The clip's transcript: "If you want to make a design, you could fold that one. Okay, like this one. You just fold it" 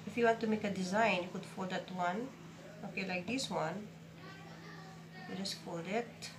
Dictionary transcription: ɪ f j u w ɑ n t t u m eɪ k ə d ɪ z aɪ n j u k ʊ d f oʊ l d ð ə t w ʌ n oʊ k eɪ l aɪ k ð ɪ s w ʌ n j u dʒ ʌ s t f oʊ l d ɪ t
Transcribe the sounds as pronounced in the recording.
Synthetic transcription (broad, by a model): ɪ f j u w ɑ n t t u m eɪ k ə d ɪ z aɪ n j u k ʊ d f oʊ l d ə t w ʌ n oʊ k eɪ l aɪ k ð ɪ s w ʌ n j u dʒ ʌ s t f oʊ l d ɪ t